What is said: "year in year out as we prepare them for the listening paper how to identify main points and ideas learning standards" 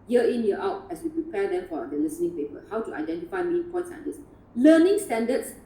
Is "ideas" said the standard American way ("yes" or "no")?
no